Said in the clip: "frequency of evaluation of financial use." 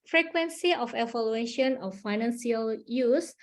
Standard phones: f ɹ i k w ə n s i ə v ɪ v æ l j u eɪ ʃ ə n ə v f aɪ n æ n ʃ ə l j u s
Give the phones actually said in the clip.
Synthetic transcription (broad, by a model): f ɹ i k w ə n s i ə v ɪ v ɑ l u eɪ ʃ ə n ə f aɪ n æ n s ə l j u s